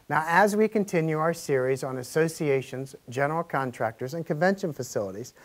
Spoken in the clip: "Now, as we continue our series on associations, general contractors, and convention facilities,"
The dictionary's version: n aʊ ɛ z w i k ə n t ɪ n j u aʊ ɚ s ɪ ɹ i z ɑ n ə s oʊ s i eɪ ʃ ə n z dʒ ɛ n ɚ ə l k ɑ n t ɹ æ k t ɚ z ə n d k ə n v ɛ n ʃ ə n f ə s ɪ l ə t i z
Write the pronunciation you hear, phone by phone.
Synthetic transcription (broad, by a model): n aʊ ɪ z w i k ə n t ɪ n j u aʊ ɚ s ɪ ɹ i z n ə s oʊ s i eɪ ʃ ə n z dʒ ɛ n ɚ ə l k ɑ n t ɹ æ k t ɚ z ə n k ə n v ɛ n ʃ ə n f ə s ɪ l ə t i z